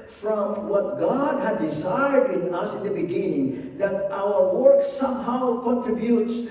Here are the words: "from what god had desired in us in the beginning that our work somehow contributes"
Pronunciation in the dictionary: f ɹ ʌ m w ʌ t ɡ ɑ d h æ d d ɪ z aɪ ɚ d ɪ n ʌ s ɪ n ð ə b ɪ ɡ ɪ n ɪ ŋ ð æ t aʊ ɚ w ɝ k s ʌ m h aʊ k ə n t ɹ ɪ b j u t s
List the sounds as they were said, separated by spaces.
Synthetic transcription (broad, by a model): f ɹ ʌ m w ʌ t ɡ ɑ d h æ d d ɪ z aɪ ɚ d ɪ n ʌ s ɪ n ð ə b ɪ ɡ ɪ n ɪ ŋ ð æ t aʊ ɚ w ɝ k s ʌ m h aʊ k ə n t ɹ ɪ b j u t s